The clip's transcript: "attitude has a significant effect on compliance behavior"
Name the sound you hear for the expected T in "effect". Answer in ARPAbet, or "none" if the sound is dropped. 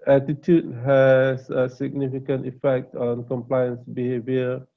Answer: T